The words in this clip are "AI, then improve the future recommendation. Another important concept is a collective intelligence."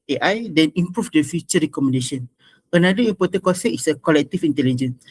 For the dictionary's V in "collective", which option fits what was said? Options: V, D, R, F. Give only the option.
F